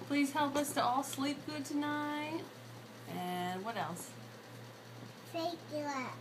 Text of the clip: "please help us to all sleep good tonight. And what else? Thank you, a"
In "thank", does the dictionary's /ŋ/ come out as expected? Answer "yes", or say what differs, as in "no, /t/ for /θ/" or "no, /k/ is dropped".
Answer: no, /ŋ/ is dropped